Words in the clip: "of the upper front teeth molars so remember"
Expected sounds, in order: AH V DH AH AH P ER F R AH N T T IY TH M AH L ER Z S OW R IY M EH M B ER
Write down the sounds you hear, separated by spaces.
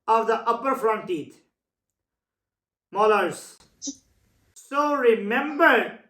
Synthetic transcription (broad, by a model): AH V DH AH AH P ER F R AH N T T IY T M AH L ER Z S OW R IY M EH M B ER